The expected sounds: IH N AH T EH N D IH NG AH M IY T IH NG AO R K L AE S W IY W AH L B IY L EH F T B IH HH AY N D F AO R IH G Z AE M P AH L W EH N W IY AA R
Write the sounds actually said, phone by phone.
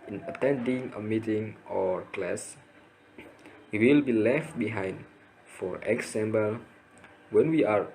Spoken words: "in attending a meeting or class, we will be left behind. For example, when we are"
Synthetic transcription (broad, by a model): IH N AH T EH N D IH NG AH M IY T IH NG AO R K L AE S W IY W AH L B IY L EH F T B IH HH AY N D F AO R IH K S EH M B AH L W EH N W IY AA R